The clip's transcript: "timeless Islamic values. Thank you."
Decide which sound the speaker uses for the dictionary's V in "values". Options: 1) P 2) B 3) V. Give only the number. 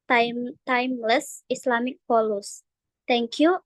1